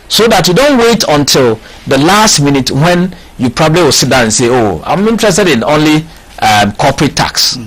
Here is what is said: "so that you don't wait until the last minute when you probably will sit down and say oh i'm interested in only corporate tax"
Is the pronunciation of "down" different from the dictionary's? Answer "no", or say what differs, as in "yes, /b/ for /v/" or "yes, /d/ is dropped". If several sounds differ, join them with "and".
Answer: yes, /n/ is dropped